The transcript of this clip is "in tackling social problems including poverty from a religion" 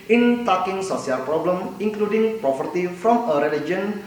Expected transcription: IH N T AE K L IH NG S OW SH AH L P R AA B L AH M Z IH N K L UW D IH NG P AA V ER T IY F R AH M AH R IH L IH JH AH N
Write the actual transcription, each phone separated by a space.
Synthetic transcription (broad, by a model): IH N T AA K IH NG S OW S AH L P R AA B L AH M IH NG K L UW D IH NG P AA P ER T IY F R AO M AH R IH L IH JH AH N